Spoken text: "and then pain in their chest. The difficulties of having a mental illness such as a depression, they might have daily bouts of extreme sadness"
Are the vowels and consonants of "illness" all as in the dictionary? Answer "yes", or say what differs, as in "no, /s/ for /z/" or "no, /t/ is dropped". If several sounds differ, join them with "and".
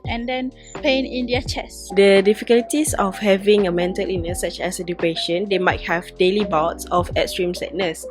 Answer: no, /l/ is dropped